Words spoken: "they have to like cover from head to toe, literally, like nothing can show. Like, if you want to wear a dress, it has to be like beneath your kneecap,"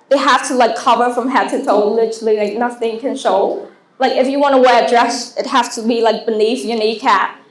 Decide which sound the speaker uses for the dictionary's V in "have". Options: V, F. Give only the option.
F